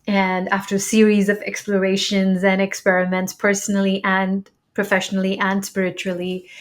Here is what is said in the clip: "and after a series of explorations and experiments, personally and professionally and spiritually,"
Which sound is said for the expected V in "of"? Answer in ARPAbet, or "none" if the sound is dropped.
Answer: V